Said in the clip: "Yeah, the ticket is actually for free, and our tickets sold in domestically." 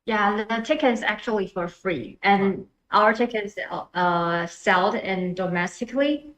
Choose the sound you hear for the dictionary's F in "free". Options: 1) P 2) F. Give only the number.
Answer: 2